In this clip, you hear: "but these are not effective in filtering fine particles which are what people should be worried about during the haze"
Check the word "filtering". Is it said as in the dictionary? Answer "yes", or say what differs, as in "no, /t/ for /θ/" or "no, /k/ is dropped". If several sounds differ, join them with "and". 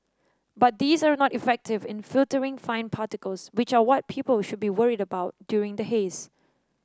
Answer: yes